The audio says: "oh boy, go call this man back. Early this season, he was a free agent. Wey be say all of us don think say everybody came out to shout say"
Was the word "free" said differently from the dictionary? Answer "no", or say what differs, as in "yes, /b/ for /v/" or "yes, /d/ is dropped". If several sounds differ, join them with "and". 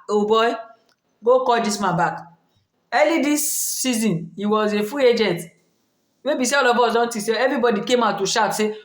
yes, /ɹ/ is dropped